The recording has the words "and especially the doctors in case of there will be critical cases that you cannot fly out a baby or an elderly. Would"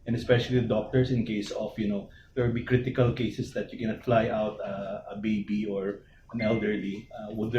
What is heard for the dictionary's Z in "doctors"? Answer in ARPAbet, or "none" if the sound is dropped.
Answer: S